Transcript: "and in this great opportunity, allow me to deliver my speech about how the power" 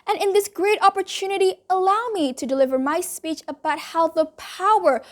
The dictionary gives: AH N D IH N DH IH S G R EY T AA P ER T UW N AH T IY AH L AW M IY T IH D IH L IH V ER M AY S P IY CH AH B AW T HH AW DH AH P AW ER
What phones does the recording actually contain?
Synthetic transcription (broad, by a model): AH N IH N DH IH S G R EY T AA P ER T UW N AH T IY AH L AW M IY T IH D IH L IH V ER M AY S P IY CH AH B AW T HH AW DH AH P AW ER